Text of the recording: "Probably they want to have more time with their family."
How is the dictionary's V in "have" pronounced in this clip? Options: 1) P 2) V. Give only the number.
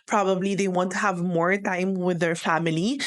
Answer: 2